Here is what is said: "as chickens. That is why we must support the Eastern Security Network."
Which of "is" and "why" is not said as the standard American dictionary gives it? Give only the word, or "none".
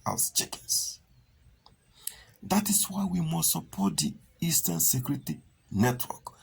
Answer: is